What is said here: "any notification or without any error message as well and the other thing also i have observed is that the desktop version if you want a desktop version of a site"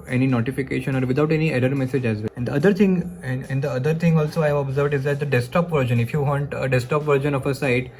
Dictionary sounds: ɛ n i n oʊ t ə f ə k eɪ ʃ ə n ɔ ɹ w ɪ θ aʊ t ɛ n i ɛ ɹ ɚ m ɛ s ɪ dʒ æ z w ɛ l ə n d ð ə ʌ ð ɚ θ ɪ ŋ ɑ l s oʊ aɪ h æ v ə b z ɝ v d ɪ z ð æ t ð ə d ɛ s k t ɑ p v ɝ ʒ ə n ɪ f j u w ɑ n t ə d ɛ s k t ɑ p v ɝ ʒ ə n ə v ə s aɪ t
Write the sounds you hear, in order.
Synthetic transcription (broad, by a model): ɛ n i n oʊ t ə f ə k eɪ ʃ ə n ɔ ɹ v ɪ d aʊ t ɛ n i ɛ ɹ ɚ m ɛ s ɪ dʒ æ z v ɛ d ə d d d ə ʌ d ɚ t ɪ ŋ ɑ l s oʊ aɪ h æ v ə b z ɝ v d ɪ z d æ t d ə d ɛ s t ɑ p v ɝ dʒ ə n ɪ f j u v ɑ n t ə d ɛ s t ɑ p v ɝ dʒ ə n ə f ə s aɪ t